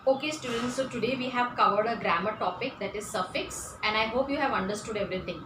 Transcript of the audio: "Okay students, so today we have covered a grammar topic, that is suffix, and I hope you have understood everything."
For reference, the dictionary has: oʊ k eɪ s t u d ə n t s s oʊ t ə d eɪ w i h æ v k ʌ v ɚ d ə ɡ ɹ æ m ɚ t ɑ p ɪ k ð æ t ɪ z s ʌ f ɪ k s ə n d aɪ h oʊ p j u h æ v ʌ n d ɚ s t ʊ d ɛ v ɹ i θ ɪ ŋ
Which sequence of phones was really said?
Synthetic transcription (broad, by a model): oʊ k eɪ s t u d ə n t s s oʊ t ə d eɪ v i h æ v k ʌ v ɚ d ə ɡ ɹ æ m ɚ t ɑ p ɪ k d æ t ɪ z s ʌ f ɪ k s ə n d aɪ h oʊ p j u h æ v ʌ n d ɚ s t ʊ d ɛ v ɹ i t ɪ ŋ